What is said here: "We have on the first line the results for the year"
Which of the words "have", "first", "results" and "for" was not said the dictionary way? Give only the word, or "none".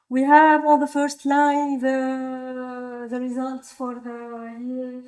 none